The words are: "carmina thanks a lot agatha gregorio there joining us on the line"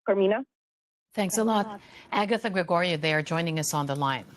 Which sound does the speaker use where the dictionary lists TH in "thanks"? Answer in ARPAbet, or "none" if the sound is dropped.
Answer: TH